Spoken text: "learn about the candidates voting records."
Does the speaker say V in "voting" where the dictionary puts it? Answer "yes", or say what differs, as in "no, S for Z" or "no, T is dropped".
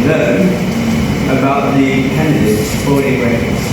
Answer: no, F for V